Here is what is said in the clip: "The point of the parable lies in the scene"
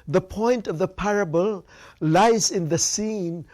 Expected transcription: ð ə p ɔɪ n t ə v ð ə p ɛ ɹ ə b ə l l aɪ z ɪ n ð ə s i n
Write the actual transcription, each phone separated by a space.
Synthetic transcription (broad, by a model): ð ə p ɔɪ n t ə v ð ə p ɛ ɹ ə b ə l l aɪ z ɪ n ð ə s i n